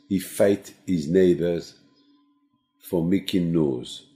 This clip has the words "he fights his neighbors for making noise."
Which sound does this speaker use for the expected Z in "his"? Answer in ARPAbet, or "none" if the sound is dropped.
Z